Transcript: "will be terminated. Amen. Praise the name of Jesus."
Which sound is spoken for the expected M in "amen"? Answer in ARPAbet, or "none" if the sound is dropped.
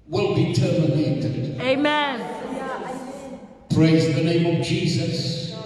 M